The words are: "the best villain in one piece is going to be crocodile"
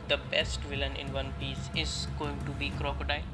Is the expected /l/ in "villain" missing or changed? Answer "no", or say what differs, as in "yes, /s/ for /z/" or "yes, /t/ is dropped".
no